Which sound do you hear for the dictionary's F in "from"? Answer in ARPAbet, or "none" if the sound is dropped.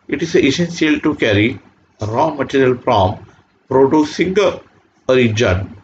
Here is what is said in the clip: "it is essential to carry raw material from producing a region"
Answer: P